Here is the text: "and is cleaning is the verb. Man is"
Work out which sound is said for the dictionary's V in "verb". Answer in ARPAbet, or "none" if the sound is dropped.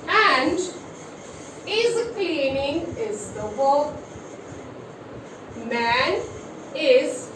B